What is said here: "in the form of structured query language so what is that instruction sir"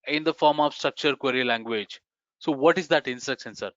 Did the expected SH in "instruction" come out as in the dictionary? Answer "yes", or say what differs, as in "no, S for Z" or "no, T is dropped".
no, S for SH